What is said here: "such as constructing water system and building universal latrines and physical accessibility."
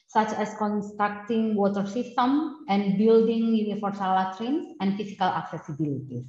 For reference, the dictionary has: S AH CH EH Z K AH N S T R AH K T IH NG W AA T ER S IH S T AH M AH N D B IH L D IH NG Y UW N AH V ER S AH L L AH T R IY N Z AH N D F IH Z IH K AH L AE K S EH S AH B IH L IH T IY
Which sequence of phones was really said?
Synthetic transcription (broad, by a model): S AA CH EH S K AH N S T R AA K T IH NG W AA T ER S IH S T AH M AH N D B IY L D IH NG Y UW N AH F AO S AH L L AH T R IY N S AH N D F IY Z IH K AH L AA K S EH S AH B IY L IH T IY